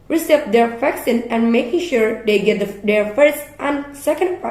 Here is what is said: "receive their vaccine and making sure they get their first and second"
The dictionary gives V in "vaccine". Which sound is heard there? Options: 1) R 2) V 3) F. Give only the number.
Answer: 3